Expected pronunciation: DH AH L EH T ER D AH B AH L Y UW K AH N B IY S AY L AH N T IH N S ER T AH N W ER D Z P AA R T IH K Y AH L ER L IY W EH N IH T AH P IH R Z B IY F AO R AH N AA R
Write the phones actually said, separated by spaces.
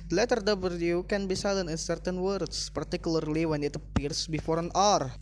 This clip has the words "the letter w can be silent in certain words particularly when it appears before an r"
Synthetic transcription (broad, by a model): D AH L EH T ER D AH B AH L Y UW K AH N B IY S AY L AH N IH N S ER T AH N W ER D S P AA R T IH K Y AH L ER L IY W EH N IH T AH P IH R S B IY F AO R AH N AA R